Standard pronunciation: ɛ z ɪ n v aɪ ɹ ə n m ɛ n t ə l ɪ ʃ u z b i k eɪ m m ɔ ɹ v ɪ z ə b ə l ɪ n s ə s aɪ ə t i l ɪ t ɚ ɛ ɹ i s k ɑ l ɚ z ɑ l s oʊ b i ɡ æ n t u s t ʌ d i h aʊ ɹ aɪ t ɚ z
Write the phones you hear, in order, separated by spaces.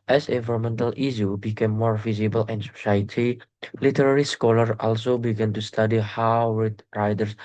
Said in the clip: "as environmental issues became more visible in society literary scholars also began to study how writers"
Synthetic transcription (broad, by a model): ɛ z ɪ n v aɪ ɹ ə m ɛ n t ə l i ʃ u b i k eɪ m m ɔ ɹ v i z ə b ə l ɪ n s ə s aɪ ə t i l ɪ t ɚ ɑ ɹ i s k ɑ l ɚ ɑ l s oʊ b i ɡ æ n t u s t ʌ d i h aʊ ɹ aɪ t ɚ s